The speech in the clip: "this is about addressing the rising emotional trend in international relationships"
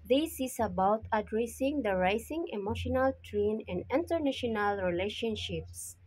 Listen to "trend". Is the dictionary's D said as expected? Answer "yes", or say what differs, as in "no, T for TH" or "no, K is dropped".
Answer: no, D is dropped